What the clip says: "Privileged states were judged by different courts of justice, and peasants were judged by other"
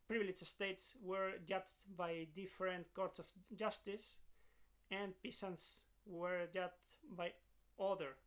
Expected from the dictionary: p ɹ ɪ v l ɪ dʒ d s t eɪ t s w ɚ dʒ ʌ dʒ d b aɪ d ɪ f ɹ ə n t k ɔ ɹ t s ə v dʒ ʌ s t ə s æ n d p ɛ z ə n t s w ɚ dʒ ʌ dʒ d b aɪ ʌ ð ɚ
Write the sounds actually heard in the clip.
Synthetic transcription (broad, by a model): p ɹ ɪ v l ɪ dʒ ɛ s t eɪ t s w ɚ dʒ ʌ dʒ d b aɪ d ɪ f ɹ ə n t k ɔ ɹ t s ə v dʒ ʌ s t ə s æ n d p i s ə n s w ɚ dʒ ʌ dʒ b aɪ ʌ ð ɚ